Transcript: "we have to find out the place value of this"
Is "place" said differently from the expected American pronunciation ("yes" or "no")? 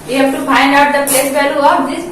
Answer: no